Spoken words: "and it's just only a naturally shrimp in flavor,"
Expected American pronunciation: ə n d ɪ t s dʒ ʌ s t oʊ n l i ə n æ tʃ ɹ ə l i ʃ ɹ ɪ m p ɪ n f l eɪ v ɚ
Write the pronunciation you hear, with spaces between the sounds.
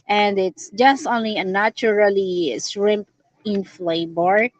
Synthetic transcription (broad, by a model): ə n d ɪ t s dʒ ʌ s t oʊ n l i ə n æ tʃ ɹ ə l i s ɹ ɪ m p ɪ n f l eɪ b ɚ